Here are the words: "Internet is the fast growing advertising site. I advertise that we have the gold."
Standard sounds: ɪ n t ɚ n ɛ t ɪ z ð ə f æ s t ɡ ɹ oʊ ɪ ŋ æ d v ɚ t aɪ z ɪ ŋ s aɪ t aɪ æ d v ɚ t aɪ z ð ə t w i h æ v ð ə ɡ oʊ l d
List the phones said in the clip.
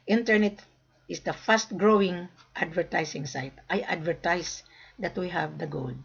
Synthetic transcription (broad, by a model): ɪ n t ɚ n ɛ t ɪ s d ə f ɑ s t ɡ ɹ oʊ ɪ ŋ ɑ d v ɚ t aɪ s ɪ ŋ s aɪ t aɪ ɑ d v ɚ t aɪ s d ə t w i h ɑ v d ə ɡ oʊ l d